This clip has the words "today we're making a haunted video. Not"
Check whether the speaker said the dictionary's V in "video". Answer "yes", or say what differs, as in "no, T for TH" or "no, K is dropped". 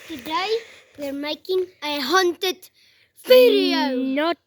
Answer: no, F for V